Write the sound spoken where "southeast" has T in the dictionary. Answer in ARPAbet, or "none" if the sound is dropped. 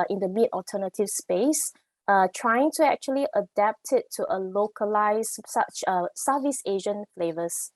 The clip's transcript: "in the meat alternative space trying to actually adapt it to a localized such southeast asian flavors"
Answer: none